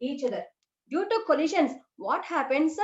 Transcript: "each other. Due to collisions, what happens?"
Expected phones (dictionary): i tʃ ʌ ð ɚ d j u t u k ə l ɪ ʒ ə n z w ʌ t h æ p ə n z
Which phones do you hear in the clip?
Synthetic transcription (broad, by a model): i tʃ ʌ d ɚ d j u t u k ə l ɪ ʃ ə n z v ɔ t h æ p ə n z